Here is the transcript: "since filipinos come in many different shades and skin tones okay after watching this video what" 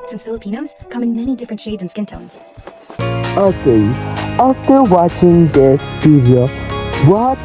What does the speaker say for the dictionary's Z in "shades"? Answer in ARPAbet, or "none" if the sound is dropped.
Z